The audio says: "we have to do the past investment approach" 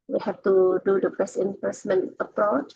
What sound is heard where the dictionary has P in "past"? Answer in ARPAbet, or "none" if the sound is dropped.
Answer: B